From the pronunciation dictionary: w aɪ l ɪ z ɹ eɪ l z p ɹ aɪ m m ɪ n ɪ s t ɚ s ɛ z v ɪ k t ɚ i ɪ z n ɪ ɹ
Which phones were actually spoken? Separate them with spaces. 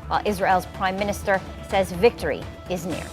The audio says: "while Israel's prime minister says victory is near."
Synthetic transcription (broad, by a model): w aɪ l ɪ z ɹ eɪ l z p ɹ aɪ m m ɪ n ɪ s t ɚ s ɛ z v ɪ k t ɚ i ɪ z n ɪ ɹ